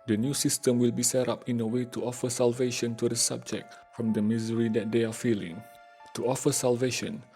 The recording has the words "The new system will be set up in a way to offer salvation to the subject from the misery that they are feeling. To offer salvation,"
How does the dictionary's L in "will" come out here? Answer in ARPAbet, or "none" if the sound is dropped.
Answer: L